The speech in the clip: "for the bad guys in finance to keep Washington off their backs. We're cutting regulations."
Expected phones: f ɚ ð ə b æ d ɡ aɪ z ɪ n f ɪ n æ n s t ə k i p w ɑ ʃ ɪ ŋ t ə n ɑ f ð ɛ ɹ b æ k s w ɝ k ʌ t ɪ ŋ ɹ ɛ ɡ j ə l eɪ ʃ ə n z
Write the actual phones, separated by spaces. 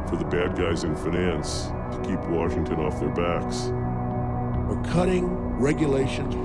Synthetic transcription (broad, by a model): f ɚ ð ə b æ d ɡ aɪ z ɪ n f ɪ n æ n s t ə k i p w ɑ ʃ ɪ ŋ t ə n ɑ f ð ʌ ɹ b æ k s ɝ k ʌ t ɪ ŋ ɹ ɛ ɡ j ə l eɪ ʃ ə n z